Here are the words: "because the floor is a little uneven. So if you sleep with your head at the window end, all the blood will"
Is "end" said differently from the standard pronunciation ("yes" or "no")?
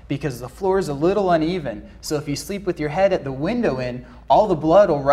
yes